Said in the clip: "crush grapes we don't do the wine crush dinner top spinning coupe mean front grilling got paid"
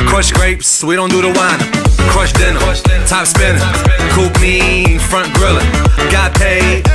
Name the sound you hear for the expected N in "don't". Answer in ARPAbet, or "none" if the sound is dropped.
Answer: N